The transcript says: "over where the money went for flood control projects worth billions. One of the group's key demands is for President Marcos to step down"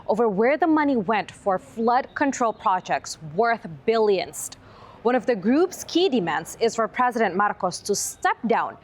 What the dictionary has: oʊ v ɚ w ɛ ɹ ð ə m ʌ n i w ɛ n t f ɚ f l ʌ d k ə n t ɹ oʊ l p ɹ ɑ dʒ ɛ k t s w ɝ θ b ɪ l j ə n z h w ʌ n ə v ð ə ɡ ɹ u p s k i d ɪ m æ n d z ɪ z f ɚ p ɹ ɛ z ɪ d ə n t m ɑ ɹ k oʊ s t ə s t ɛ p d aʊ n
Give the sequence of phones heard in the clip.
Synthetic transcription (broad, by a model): oʊ v ɚ w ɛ ɹ ð ə m ʌ n i w ɛ n t f ɚ f l ʌ d k ə n t ɹ oʊ l p ɹ ɑ dʒ ɛ k t s w ɝ θ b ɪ l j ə n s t w ʌ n ə v ð ə ɡ ɹ u p s k i d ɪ m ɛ n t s ɪ z f ɚ p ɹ ɛ z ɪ d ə n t m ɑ ɹ k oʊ s t ə s t ɛ p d aʊ n